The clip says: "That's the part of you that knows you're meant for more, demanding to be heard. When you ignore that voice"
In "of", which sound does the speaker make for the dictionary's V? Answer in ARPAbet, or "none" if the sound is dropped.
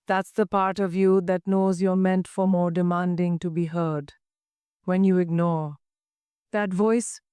V